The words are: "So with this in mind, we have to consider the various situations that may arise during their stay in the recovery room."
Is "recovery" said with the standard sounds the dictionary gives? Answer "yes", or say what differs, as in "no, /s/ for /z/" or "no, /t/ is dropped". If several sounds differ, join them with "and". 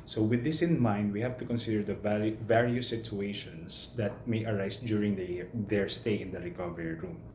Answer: yes